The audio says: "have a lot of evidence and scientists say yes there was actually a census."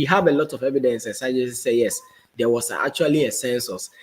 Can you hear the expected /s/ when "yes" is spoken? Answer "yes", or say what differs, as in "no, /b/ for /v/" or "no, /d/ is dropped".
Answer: yes